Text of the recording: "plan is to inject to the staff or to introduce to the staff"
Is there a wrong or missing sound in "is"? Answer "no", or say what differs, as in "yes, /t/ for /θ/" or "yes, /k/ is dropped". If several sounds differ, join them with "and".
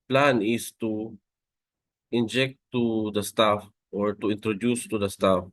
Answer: yes, /s/ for /z/